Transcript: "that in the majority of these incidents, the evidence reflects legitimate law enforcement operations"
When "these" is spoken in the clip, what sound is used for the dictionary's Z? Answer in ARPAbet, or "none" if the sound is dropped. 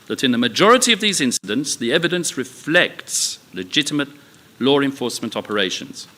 Z